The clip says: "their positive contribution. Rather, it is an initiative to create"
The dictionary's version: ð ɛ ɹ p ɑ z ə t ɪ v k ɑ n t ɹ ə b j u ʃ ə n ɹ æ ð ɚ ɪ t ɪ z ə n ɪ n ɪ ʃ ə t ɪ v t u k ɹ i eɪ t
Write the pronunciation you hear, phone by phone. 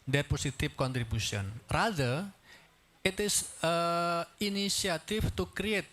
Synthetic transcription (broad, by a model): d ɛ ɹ p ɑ s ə t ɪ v k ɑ n t ɹ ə b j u s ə n ɹ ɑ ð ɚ ɪ t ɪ s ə n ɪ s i ə t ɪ f t u k ɹ i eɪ t